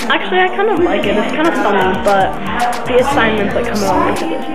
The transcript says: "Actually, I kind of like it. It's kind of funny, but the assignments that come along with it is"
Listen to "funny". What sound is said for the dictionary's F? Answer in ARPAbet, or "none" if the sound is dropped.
F